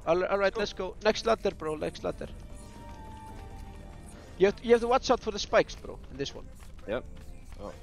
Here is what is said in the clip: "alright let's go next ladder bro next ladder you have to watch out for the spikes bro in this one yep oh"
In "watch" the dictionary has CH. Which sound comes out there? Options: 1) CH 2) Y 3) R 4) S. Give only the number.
4